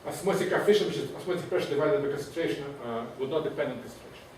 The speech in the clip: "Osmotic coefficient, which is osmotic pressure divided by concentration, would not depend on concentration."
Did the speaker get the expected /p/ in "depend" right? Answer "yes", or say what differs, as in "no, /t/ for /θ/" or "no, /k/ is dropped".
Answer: yes